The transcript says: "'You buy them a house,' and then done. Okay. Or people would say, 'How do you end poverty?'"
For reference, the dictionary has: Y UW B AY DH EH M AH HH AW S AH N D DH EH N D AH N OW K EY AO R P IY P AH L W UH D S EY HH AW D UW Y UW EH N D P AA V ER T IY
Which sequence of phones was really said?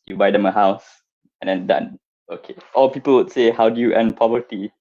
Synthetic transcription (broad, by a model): Y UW B AY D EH M AH HH AW S AH N D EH N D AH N OW K EY AO L P IY P AH L W UH D S EY HH AW D UW Y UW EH N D P AA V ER T IY